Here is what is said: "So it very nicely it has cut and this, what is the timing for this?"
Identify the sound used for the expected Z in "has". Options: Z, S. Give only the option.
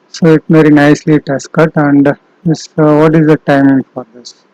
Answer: S